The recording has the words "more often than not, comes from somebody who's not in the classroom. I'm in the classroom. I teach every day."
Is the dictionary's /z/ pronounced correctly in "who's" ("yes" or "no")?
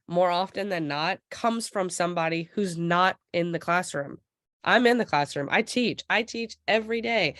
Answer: yes